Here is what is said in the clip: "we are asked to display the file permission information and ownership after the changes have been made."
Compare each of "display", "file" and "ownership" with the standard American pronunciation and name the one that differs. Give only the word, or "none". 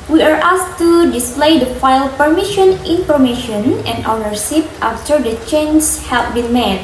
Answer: ownership